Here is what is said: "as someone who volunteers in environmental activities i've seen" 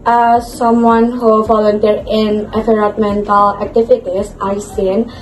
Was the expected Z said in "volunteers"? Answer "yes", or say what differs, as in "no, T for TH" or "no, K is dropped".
no, Z is dropped